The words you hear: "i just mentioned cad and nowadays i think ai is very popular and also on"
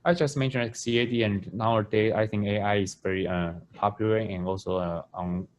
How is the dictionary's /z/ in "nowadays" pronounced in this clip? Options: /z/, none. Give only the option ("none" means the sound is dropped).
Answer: none